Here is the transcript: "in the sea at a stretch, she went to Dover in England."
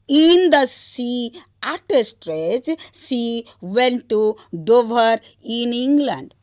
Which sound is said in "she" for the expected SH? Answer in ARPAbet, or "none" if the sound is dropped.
S